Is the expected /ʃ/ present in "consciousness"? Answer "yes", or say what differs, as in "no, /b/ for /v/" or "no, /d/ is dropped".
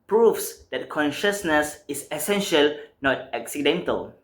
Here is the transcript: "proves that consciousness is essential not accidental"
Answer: yes